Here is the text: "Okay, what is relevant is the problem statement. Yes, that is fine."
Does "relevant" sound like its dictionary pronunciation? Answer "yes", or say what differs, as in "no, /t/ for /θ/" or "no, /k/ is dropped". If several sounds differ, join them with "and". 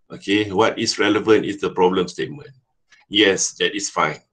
yes